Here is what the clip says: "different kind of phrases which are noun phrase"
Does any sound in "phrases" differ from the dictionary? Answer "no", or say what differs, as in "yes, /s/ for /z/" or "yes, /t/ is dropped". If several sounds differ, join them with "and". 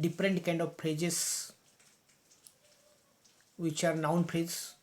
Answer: yes, /p/ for /f/